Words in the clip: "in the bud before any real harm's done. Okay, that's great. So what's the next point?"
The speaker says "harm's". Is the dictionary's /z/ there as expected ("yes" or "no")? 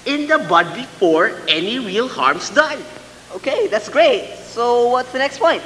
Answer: no